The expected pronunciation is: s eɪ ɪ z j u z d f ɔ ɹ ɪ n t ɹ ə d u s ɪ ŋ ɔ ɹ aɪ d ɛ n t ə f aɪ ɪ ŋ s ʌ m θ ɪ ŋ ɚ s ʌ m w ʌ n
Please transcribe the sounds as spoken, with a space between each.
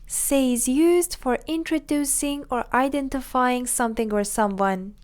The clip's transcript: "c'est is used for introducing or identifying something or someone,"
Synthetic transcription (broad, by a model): s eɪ ɪ z j u z d f ɔ ɹ ɪ n t ɹ ə d u s ɪ ŋ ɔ ɹ aɪ d ɛ n t ə f aɪ ɪ ŋ s ʌ m θ ɪ ŋ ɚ s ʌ m w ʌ n